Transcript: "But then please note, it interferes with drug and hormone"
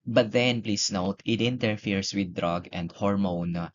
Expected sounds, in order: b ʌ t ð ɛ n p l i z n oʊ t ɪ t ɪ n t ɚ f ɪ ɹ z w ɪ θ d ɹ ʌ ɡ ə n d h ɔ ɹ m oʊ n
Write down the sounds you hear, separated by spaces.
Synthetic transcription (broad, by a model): b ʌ t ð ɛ n p l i s n oʊ t ɪ t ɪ n t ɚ f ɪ ɹ s w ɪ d ɹ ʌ ɡ ə n d h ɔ ɹ m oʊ n